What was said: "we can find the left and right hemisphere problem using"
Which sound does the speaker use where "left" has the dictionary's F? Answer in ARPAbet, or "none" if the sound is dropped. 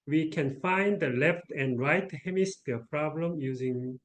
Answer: F